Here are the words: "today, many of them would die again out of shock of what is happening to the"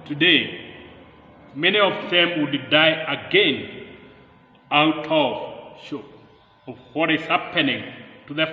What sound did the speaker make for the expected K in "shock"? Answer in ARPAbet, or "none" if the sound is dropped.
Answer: none